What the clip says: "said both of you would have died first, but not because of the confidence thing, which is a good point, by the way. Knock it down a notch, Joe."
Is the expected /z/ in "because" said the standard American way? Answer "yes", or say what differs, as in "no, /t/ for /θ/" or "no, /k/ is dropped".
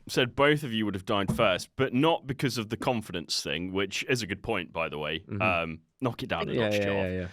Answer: yes